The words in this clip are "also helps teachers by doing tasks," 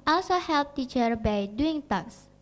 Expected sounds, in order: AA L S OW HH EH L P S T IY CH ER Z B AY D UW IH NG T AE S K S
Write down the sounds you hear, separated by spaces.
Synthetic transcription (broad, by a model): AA L S OW HH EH L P T IY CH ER B AY D UW IH NG T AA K S